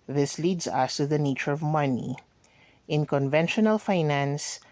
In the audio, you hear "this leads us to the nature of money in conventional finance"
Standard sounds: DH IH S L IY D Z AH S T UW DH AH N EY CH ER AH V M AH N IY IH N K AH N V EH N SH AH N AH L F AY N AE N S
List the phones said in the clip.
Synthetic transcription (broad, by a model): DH IH S L IY D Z AH S T UW DH AH N EY CH ER AH V M AH N IY IH N K AH N V EH N SH AH N AH L F AY N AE N S